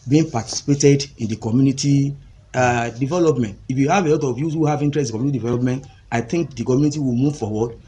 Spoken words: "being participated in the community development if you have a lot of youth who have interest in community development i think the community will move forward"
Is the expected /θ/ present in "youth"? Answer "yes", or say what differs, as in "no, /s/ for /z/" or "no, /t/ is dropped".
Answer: no, /s/ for /θ/